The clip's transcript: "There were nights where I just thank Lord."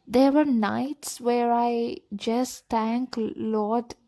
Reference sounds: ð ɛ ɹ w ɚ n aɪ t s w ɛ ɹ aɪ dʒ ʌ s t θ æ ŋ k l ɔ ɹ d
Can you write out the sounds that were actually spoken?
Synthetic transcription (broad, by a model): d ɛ ɹ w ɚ n aɪ t s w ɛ ɹ aɪ dʒ ʌ s t t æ ŋ k l ɔ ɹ d